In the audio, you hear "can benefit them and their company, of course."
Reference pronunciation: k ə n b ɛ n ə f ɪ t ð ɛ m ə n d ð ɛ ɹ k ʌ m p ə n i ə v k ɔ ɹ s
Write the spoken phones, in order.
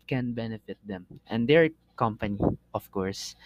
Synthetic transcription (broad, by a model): k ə n b ɛ n ə f ɪ t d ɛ m ə n d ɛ ɹ k ʌ m p ə n i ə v k ɔ ɹ s